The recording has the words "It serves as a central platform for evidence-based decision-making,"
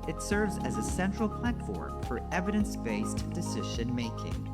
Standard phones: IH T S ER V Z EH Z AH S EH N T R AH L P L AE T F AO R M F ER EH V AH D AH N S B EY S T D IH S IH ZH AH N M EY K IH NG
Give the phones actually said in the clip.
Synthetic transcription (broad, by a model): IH T S ER V Z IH Z AH S EH N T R L P L AE T F AO R M F ER EH V AH D AH N S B EY S T D IH S IH ZH AH N M EY K IH NG